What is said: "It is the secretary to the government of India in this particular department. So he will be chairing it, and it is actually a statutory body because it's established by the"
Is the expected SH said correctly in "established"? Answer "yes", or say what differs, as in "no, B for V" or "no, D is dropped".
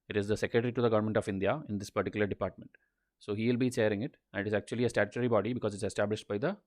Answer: yes